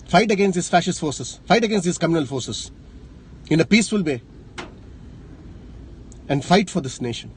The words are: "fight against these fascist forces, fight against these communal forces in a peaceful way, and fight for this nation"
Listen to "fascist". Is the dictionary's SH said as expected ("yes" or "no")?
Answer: yes